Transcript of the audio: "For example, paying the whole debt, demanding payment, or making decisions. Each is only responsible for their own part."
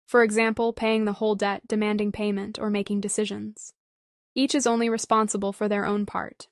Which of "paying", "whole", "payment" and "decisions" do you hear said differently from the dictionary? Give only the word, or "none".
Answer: none